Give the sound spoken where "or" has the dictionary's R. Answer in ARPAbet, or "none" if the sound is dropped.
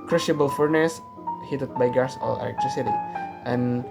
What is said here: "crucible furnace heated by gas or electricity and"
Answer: L